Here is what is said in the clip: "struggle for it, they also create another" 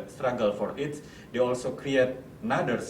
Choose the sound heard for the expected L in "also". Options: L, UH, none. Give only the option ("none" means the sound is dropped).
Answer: L